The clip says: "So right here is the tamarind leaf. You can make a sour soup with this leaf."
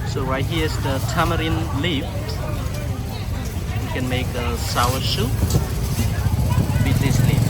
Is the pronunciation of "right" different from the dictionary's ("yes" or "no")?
yes